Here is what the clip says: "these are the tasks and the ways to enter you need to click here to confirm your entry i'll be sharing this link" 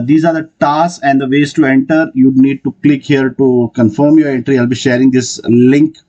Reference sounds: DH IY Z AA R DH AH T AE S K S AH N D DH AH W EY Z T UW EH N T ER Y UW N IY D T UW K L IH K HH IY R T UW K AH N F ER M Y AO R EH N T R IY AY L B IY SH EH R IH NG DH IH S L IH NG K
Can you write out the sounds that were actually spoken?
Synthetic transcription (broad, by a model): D IY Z AA R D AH T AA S S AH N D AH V EY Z T UW EH N T ER Y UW N IY D T UW K L IH K HH IY R T UW K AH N F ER M Y AO R EH N T R IY AY L B IY SH EH R IH NG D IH S L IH NG K